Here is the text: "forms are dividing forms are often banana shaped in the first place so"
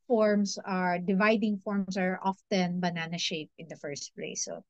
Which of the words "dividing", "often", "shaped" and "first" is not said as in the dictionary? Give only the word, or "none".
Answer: shaped